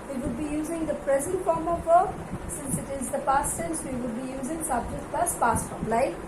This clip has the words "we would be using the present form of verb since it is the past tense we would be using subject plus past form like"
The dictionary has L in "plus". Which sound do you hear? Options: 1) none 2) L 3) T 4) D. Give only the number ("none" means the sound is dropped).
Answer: 1